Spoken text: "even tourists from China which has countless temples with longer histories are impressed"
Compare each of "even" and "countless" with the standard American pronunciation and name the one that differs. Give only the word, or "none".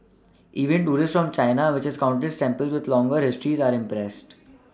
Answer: countless